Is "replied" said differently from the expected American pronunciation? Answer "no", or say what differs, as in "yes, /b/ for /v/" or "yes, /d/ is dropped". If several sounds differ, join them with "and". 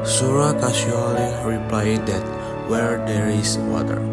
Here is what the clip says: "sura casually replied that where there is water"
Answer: no